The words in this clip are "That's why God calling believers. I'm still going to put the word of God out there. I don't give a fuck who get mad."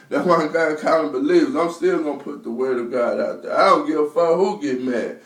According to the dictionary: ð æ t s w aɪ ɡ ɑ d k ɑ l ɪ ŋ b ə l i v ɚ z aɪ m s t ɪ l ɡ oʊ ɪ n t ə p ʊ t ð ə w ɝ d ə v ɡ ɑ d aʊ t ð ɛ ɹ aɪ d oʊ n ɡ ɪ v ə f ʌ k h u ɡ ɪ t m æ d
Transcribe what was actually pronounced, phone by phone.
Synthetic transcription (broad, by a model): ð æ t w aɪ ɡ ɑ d k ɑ n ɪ b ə l i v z aɪ m s t ɪ l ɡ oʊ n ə p ʊ t ð ə w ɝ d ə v ɡ ɑ d aʊ t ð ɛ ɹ aɪ d oʊ n ɡ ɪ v ə f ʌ h u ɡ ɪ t m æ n